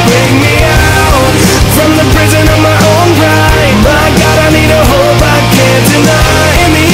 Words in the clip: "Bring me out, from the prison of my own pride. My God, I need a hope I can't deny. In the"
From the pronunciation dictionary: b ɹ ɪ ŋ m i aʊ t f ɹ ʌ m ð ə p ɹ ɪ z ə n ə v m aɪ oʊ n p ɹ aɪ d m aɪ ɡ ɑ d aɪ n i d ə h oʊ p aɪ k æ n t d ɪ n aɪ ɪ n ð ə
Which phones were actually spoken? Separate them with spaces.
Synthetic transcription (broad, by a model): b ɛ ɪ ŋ m i aʊ t f ɹ ʌ m ð ə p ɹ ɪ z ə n ə v m aɪ oʊ n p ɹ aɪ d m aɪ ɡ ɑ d aɪ n i d ə h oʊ b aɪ k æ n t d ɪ n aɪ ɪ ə